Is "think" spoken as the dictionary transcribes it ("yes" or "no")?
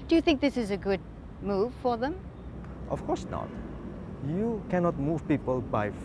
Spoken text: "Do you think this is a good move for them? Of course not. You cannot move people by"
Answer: yes